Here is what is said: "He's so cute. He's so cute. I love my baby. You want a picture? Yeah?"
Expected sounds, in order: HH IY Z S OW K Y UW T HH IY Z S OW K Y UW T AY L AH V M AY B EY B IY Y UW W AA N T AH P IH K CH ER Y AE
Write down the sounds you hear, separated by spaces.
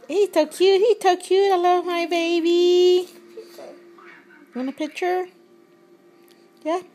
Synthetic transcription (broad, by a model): HH IY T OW K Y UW HH IY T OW K Y UW T AY L AH V M AY B EY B IY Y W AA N AH P IH K CH ER Y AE